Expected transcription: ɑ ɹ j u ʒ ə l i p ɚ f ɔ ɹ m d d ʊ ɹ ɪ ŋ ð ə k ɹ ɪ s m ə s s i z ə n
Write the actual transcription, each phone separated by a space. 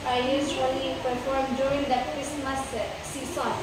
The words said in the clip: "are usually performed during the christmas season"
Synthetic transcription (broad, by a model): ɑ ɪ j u s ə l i p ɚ f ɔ ɹ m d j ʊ ɹ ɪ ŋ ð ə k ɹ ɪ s m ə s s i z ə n